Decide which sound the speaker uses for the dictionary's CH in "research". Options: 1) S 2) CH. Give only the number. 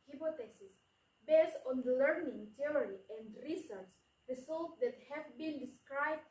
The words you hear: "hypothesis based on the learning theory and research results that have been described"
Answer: 1